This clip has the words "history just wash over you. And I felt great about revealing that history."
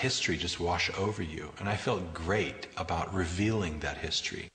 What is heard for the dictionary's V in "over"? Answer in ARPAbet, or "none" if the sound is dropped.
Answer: V